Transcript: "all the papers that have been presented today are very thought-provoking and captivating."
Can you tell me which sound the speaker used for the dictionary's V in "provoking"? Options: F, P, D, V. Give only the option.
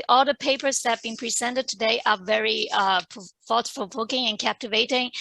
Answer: P